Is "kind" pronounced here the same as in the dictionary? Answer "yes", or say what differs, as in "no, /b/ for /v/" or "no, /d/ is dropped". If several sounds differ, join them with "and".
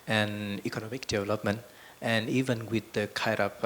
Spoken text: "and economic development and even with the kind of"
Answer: no, /n/ is dropped